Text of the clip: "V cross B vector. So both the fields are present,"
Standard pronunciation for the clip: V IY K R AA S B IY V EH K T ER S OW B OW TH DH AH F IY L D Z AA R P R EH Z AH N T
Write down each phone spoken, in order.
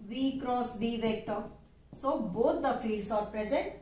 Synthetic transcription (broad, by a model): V IY K R AA S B IY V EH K T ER S OW B OW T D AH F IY D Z AA R P R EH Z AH N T